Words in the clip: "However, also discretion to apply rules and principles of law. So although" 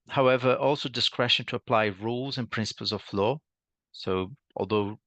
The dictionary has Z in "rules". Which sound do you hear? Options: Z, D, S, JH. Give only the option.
Z